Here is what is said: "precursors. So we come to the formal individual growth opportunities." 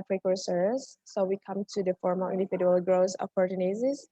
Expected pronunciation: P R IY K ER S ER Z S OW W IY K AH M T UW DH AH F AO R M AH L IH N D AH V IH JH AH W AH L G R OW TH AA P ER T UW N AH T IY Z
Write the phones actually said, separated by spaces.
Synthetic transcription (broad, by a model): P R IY K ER S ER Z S OW W IY K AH M T UW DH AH F AO R M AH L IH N D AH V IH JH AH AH L G R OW S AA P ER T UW N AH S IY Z